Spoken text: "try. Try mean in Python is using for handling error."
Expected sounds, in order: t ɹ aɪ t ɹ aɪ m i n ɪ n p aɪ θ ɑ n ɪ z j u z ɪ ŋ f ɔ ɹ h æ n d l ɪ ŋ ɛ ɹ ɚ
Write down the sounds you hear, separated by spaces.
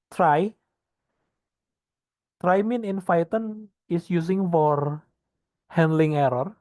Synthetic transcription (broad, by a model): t ɹ aɪ t ɹ aɪ m i n ɪ n f aɪ t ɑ n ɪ s j u s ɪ ŋ f ɔ ɹ h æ n d l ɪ ŋ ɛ ɹ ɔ